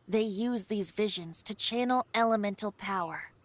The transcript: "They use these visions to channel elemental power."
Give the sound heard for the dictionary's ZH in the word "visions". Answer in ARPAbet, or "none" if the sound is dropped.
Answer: ZH